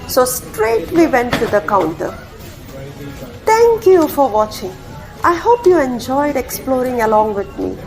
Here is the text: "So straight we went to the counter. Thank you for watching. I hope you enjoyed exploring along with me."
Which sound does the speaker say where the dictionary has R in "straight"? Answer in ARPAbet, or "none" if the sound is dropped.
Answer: R